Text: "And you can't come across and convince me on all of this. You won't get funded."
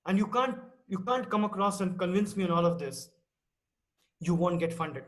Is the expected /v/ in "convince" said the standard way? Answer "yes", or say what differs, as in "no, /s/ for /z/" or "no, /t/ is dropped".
yes